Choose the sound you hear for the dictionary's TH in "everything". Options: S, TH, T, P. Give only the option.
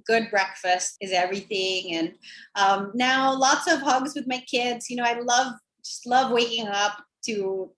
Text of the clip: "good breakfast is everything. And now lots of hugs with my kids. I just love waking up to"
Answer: TH